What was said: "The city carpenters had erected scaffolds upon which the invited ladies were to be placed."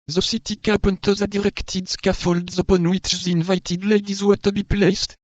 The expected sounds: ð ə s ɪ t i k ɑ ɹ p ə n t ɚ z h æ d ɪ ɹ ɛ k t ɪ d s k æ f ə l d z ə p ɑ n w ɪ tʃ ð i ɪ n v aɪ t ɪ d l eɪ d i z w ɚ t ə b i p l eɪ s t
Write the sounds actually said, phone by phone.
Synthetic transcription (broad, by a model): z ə s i t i k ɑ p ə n t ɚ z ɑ d ɪ ɹ ɛ k t ɪ d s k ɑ f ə l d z ə p ɑ n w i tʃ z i n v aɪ t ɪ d l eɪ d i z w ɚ t ə b i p l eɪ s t